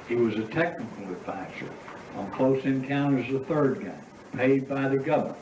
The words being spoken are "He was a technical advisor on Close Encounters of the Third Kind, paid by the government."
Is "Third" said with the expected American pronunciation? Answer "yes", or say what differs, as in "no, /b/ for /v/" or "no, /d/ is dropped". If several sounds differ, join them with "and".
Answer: yes